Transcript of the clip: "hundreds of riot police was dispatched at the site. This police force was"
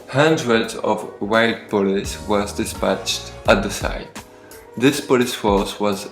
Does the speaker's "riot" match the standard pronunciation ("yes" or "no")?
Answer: no